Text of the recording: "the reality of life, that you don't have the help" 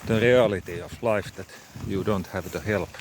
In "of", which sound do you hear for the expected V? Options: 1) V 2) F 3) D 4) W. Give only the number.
2